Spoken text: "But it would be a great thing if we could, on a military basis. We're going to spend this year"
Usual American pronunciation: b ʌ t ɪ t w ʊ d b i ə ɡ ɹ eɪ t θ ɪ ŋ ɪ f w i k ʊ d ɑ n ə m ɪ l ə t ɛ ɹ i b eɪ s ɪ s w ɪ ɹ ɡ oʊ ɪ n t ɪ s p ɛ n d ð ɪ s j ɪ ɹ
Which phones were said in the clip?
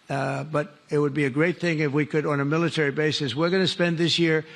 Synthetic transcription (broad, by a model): b ʌ t ɪ t w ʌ d b i ə ɡ ɹ eɪ t θ ɪ ŋ ɪ f w i k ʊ d n ə m ɪ l ə t ɛ ɹ i b eɪ s ɪ s w ɪ ɹ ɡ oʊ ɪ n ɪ s p ɛ n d ð ɪ s j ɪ ɹ